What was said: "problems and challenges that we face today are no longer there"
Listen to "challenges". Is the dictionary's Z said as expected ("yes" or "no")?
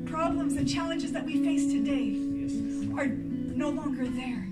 yes